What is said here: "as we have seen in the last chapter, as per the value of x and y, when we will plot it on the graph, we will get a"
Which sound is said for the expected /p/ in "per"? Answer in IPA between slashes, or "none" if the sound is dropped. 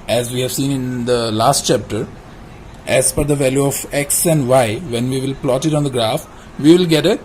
/f/